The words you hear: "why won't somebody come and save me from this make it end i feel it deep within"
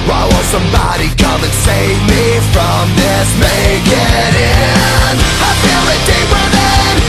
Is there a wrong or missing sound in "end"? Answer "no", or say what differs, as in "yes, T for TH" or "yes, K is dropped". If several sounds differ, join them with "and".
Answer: yes, D is dropped